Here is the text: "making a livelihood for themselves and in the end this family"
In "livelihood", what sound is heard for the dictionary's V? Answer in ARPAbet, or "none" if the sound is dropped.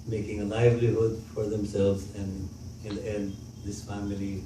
V